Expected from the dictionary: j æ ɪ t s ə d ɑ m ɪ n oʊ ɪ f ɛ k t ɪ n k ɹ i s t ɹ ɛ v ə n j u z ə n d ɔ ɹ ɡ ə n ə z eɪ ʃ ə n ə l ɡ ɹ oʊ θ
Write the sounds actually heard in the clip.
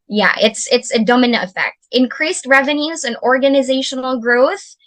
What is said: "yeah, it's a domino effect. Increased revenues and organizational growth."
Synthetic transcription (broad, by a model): j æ ɪ t s ə d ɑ m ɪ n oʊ ɪ f ɛ k t ɪ n k ɹ i s t ɹ ɛ v ə n j u z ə n ɔ ɹ ɡ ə n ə z eɪ ʃ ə n l ɡ ɹ oʊ θ